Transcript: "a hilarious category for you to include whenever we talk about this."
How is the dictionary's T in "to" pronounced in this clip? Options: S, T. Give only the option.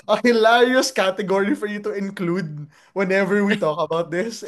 T